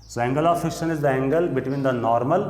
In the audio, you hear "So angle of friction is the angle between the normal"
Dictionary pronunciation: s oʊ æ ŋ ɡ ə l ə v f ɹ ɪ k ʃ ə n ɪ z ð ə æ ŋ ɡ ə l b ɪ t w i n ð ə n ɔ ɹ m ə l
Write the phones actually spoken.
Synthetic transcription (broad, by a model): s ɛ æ ŋ ɡ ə l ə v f ɪ k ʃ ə n ɪ z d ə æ ŋ ɡ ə l b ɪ t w i n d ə n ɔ ɹ m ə l